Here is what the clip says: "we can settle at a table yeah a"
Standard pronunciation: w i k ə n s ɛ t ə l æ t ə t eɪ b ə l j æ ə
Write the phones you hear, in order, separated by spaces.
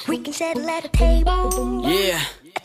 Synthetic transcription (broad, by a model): w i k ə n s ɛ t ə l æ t ə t eɪ ə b j æ